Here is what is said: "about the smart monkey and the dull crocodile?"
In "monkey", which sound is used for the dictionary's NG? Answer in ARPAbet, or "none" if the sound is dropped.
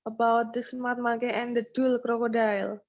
none